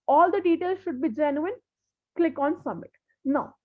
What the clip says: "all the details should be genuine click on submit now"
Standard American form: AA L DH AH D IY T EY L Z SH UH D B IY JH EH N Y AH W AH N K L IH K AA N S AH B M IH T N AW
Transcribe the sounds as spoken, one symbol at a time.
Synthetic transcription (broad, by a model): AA L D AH D IY T EY L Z SH UH D B IY JH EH N Y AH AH N K L IH K AA N S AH M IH T N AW